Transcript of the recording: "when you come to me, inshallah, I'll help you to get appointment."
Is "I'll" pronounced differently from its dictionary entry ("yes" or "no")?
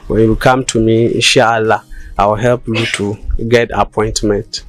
yes